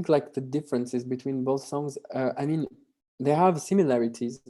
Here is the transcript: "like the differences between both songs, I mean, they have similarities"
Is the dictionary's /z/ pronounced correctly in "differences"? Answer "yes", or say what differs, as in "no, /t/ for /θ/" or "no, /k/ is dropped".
yes